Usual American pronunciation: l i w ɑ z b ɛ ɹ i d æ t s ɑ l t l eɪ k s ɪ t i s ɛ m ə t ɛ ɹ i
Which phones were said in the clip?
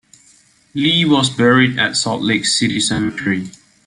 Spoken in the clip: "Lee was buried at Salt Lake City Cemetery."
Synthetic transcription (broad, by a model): l i w ɑ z b ɛ ɹ i d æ t s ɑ t l eɪ k s ɪ t i s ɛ m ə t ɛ ɹ i